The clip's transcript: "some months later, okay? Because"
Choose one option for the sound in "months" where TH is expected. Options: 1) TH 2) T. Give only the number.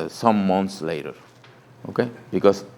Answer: 2